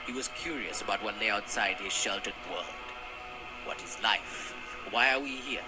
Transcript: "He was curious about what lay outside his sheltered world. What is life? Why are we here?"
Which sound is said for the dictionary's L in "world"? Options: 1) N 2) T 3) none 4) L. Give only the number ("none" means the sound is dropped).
4